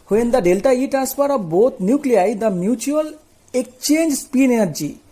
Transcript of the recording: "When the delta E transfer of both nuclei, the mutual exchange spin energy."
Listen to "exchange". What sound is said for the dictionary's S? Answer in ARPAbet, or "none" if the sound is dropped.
none